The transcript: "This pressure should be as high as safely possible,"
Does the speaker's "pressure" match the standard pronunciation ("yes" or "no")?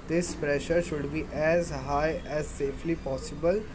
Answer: yes